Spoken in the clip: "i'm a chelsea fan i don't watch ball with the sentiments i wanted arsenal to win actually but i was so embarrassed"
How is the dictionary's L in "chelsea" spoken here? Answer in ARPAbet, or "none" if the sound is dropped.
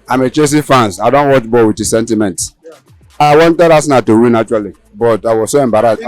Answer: none